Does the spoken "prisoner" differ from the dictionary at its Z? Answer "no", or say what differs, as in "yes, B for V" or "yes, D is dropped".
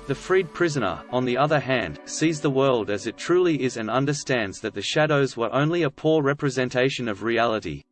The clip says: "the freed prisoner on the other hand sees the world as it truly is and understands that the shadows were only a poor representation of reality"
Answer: no